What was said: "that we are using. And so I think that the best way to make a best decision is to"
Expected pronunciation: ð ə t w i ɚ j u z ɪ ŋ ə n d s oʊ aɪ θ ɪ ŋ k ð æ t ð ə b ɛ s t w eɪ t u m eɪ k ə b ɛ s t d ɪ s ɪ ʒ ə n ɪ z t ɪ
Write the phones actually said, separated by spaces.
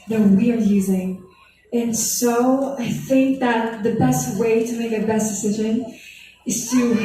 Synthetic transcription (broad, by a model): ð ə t w i ɚ j u z ɪ ŋ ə n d s oʊ aɪ θ ɪ ŋ k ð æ t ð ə b ɛ s t w eɪ t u m eɪ k ə b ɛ s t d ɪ s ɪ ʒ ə n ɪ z t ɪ